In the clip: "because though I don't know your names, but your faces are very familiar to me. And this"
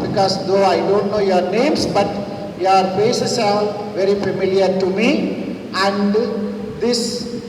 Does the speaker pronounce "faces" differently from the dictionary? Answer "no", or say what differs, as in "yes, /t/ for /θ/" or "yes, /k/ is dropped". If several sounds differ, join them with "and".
yes, /s/ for /z/